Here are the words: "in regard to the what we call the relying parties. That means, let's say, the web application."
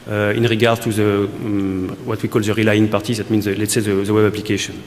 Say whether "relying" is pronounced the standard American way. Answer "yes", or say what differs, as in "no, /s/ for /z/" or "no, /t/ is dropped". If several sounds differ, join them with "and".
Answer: yes